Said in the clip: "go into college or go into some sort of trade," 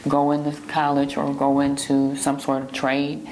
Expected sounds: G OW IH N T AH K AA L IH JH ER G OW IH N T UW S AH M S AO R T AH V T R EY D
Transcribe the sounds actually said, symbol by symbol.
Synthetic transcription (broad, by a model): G OW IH N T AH K AA L IH JH ER G OW IH N T UW S AH M S AO R T AH V T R EY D